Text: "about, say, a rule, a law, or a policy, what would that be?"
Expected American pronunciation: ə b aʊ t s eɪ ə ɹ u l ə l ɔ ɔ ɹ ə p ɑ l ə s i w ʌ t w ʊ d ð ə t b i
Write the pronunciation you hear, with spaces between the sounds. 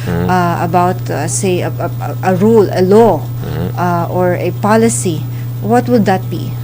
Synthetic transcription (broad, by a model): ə b aʊ t s eɪ ə ɹ u l ə l ɔ ɔ ɹ ə p ɑ l ə s i w ʌ t w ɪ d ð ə t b i